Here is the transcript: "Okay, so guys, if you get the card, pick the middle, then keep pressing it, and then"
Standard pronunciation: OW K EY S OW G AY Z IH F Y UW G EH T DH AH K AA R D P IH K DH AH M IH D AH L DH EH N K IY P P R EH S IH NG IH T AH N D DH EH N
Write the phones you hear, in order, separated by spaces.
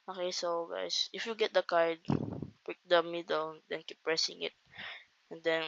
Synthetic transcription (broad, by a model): OW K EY S OW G AY S IH F Y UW G EH T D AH K AA R D P IH K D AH M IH D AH L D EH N K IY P P R EH S IH NG IH T AH N D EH N